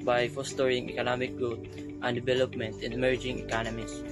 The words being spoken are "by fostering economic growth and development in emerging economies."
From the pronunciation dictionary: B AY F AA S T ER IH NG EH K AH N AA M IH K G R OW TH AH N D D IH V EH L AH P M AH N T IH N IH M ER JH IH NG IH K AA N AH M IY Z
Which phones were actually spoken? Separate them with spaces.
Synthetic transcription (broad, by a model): B AY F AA S T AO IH NG EH K AH N AA M IH K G OW T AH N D D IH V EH L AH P M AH N T IH N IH M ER JH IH NG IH K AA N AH M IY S